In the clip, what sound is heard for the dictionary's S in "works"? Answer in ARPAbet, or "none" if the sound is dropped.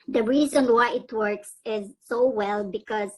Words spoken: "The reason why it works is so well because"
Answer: S